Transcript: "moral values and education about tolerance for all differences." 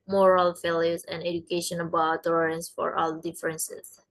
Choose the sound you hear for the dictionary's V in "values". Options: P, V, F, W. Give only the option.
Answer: F